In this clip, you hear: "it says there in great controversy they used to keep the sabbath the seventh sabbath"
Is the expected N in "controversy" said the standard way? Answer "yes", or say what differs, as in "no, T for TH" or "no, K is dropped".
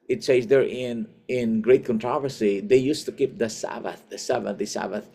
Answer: yes